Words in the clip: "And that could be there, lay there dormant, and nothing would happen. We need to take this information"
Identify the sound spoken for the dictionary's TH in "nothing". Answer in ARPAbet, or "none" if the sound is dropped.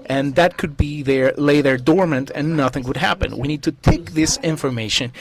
TH